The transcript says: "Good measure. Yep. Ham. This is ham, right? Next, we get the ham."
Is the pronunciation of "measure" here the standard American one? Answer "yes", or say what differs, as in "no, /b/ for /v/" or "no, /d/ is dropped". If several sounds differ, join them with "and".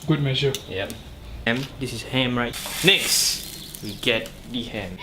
no, /s/ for /ʒ/